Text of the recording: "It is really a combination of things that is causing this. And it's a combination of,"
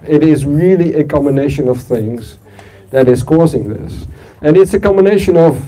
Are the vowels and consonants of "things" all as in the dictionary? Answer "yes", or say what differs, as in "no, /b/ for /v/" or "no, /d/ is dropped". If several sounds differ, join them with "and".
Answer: yes